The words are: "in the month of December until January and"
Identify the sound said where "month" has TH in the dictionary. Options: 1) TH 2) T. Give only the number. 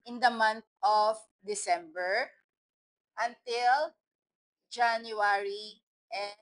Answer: 2